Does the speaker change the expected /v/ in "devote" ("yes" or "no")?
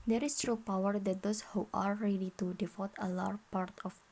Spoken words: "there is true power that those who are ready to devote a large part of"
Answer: yes